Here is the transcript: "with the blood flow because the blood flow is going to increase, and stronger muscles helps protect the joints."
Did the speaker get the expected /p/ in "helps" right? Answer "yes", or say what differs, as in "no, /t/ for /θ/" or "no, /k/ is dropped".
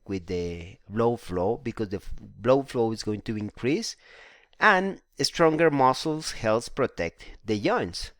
no, /p/ is dropped